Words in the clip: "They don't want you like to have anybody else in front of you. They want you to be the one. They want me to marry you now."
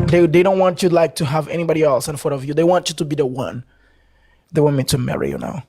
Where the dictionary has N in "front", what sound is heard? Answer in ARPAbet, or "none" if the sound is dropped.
none